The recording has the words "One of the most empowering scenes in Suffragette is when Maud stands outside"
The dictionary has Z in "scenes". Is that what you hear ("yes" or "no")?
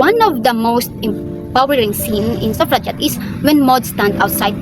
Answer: no